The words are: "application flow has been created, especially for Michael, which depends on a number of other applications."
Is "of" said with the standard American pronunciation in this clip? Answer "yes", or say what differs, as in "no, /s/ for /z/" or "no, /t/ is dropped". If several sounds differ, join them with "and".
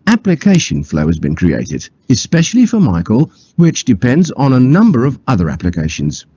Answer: yes